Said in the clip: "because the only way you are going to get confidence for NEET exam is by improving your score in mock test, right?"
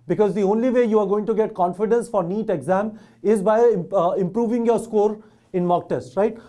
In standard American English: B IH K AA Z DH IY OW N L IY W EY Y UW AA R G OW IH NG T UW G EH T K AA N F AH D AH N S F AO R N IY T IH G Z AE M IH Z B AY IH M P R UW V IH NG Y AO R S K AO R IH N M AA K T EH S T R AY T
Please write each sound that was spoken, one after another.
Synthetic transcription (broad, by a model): B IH K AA Z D IY OW N L IY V EY Y UW AA R G OW IH NG T UW G EH T K AA N F AH D AH N S F AO R N IY T IH G Z AE M IH Z B AY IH M P R UW V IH NG Y AO R S K AO R IH N M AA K T EH S T R AY T